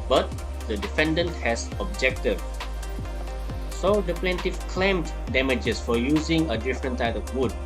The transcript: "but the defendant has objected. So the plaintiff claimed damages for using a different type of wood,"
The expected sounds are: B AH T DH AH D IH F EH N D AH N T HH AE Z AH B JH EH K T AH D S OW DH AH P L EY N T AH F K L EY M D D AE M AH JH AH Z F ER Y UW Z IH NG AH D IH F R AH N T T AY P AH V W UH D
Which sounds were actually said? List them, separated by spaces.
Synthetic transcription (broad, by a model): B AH T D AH D IH F EH N D AH N T HH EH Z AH B JH EH K T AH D S OW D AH P L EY N T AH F K L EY M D D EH M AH JH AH S F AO Y UW Z IH NG AH D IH F R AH N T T AY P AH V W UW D